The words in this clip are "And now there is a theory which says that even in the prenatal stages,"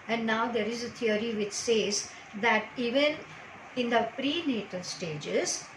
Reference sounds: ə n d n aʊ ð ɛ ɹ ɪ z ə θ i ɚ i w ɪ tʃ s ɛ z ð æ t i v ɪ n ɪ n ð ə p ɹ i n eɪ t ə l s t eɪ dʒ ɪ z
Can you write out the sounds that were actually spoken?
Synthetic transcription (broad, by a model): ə n d n aʊ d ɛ ɹ ɪ z ə t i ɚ i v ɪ tʃ s ɛ z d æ t i v ɪ n ɪ n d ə p ɹ i n eɪ t ə l s t eɪ dʒ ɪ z